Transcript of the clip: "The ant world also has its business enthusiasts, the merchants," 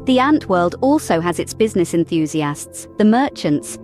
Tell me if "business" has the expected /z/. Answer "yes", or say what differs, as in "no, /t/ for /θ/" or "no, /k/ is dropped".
yes